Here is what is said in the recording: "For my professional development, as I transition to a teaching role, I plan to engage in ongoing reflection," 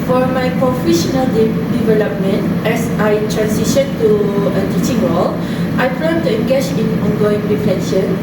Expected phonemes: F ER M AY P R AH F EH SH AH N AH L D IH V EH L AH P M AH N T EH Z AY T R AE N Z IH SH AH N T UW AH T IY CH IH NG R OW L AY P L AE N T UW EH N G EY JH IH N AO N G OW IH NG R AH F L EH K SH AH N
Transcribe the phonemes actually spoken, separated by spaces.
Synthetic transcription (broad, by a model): F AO M AY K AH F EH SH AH N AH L D IH V EH L AH P M AH N T EH S AY T R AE N S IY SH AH N T UW AH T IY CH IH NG W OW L AY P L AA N T UW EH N G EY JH IH N AO N G OW IH NG R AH F L EH K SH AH N